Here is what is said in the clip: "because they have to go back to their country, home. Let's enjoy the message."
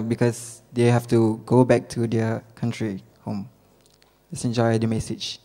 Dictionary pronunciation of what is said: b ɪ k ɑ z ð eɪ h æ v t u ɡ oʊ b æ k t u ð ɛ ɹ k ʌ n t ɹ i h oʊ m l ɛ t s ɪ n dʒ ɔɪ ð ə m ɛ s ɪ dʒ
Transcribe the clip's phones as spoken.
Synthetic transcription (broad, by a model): b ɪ k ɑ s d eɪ h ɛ f t u ɡ oʊ b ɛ k t u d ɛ k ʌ n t ɹ i h oʊ m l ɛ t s ɪ n dʒ ɔɪ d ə m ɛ s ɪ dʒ